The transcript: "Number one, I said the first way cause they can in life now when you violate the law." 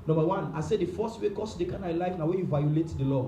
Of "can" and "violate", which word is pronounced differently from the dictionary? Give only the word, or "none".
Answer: none